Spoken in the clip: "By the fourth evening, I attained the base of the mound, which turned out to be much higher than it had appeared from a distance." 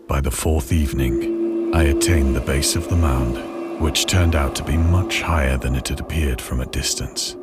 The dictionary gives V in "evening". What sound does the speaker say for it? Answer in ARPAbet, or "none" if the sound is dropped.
V